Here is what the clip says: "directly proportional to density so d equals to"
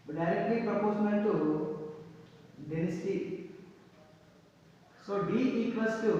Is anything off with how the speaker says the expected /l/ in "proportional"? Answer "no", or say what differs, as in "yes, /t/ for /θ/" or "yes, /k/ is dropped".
yes, /n/ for /l/